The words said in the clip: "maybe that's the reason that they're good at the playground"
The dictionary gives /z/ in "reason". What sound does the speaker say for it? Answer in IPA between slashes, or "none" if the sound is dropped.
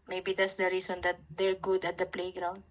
/s/